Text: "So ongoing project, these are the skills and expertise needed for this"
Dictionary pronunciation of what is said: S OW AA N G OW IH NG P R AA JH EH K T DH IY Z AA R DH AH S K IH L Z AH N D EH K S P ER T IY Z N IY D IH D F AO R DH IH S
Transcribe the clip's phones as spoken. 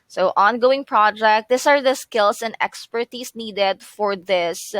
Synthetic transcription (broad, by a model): S OW AA N G OW IH NG P R AA JH EH K T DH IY S AA R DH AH S K IH L S AH N D EH K S P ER T IY S N IY D IH D F AO R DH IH S